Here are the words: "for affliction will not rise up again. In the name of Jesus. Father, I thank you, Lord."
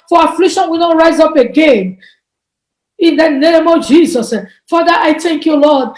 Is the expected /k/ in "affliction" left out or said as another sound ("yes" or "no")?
no